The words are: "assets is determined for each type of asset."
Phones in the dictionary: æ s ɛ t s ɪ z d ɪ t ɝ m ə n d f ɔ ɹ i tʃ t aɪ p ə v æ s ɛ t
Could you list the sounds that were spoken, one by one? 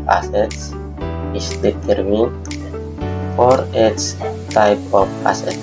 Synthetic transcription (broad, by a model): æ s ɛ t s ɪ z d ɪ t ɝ m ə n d f ɔ ɹ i s t aɪ p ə p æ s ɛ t